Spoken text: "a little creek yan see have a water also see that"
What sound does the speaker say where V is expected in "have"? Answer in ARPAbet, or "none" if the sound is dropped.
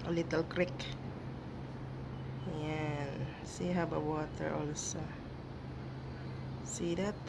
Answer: B